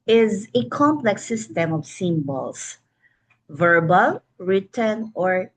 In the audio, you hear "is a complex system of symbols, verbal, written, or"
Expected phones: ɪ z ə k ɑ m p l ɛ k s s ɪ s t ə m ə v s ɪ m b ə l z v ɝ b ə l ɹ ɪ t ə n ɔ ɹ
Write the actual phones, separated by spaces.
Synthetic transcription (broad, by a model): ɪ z ə k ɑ m p l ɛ k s s ɪ s t ə m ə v s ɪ m b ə l s v ɝ b ə l ɹ ɪ t ə n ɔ ɹ